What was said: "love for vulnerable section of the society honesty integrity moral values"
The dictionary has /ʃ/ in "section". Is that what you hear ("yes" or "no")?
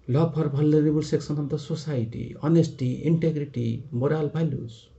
no